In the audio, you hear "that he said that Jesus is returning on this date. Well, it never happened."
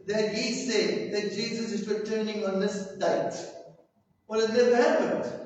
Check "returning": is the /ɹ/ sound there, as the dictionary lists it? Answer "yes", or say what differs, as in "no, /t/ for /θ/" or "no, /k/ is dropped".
no, /w/ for /ɹ/